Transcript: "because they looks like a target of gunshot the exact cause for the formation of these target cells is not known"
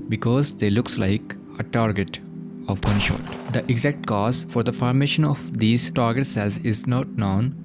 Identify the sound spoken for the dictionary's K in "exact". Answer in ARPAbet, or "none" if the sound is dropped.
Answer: K